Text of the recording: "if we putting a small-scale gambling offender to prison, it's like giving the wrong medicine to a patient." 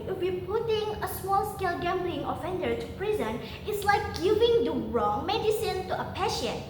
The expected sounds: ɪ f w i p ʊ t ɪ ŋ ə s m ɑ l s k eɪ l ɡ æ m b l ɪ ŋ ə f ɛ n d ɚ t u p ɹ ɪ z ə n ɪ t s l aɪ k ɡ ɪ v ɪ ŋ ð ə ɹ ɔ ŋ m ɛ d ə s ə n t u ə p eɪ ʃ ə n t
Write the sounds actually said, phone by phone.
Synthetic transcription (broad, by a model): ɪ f w i p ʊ t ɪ ŋ ə s m ɑ l s k eɪ l ɡ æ m b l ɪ ŋ ə f ɛ n d ɚ t u p ɹ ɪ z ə n ɪ t s l aɪ k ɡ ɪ v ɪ ŋ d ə ɹ ɔ ŋ m ɛ d ə s ə n t u ə p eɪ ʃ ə n